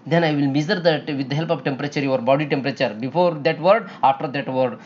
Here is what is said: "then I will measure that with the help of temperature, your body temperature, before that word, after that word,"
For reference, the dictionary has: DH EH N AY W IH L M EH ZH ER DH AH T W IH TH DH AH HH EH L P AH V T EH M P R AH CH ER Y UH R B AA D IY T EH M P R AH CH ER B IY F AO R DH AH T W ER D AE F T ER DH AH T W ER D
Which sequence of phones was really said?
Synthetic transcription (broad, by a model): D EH N AY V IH L M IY Z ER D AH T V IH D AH HH EH L P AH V T EH M P R AH CH ER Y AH R B AA D IY T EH M P R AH CH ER B IY F AO R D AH T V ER D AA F T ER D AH T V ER D